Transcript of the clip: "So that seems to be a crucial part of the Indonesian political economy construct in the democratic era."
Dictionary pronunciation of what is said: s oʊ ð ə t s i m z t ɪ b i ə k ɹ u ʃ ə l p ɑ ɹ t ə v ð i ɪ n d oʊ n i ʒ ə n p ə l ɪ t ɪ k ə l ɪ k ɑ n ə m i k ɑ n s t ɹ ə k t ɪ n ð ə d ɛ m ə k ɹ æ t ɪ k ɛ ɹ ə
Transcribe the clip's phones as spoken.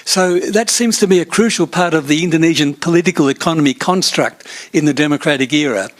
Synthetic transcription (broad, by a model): s oʊ ð ə t s i m z t ɪ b i ə k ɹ u ʃ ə l p ɑ ɹ t ə v ð i ɪ n d oʊ n i ʒ ə n p ə l ɪ t ɪ k ə l ɪ k ɑ n ə m i k ɑ n s t ɹ ə k t ɪ n ð ə d ɛ m ə k ɹ æ t ɪ k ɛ ɹ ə